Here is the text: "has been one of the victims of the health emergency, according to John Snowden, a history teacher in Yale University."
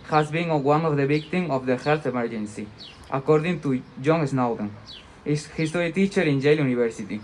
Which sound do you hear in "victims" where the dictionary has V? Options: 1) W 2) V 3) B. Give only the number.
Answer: 3